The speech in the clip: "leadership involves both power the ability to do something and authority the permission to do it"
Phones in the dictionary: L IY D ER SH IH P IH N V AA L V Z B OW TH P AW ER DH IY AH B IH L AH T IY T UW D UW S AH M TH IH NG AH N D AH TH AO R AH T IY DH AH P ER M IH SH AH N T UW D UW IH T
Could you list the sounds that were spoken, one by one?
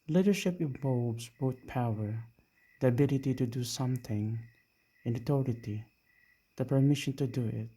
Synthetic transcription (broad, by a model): L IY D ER SH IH P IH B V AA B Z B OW T P AW ER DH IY AH B IH L AH T IY T UW D UW S AH M TH IH NG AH N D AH T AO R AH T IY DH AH P ER M IH SH AH N T UW D UW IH T